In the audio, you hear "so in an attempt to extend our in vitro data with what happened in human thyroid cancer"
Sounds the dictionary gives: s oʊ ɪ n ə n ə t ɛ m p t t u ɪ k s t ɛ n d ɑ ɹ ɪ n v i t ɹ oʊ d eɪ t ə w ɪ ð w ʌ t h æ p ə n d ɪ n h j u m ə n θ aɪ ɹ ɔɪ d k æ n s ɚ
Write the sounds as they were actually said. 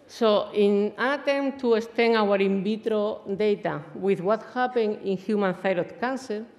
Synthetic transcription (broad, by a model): s oʊ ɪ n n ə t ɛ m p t t u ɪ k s t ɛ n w ɑ ɹ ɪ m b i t ɹ oʊ d eɪ t ə w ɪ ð w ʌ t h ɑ p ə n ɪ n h j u m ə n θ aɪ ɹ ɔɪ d k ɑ n s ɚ